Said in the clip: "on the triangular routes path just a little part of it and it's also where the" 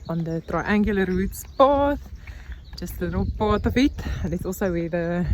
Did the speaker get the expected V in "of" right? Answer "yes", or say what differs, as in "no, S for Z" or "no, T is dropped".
no, F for V